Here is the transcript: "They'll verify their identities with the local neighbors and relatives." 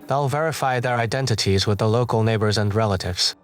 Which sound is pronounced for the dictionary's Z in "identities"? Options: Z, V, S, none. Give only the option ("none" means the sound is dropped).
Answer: Z